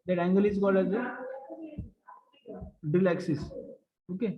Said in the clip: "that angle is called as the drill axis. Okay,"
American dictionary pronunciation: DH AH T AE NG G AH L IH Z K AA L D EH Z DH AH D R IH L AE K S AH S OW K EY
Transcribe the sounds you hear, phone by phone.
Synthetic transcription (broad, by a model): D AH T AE NG G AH L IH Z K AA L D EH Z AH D IH L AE K S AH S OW K EY